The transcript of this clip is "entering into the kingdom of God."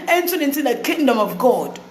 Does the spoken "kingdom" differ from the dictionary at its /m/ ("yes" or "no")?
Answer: no